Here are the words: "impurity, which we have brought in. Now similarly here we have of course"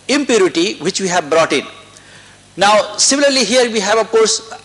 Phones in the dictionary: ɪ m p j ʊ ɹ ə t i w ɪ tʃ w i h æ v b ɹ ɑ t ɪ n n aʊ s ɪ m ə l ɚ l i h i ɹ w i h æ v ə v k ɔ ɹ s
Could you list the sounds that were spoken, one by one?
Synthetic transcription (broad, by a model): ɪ m p j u ɹ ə t i w ɪ tʃ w i h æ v b ɹ ɑ t ɪ n n aʊ s ɪ m ə l ɚ l i h i ɹ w i h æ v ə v k ɔ ɹ s